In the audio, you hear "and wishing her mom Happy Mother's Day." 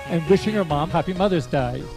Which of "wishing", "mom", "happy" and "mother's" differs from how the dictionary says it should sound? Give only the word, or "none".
none